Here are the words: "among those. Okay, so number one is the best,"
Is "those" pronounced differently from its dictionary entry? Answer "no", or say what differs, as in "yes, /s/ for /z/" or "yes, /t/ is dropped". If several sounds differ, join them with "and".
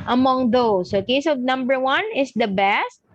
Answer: yes, /s/ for /z/